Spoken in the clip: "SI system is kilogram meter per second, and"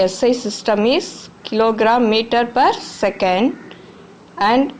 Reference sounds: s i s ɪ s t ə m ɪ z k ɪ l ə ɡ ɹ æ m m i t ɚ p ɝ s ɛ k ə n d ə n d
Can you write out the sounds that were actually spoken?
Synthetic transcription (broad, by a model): s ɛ s ɪ s t ə m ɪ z k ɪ l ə ɡ ɹ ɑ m m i t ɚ p ɝ s ɛ k ə n d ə n d